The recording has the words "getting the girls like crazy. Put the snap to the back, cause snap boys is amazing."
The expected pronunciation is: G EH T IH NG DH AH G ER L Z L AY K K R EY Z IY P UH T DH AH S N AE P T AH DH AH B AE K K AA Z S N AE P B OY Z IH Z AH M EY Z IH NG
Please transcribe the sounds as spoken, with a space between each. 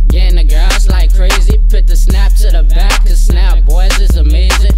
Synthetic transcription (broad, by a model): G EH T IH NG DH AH G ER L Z L AY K K R EY Z IY P UH T DH AH S N AE P S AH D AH B AE K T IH S N AE P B OY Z IH Z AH M EY Z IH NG